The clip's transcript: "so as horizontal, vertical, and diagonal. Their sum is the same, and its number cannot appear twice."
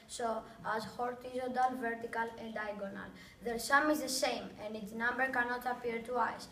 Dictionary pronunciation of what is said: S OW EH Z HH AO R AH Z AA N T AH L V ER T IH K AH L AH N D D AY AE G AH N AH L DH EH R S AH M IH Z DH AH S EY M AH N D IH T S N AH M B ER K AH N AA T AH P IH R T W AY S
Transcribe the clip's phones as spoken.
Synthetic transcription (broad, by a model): S OW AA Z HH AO R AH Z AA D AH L V ER T IH K AH L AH N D D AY G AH N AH L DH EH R S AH M IH Z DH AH S EY M AH N D IH T S N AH M B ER K AH N AA T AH P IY R T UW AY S